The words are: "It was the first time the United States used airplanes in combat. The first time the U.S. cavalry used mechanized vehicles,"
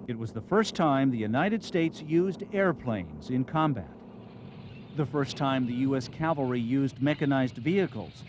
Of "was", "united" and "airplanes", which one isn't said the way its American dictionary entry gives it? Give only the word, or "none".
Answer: none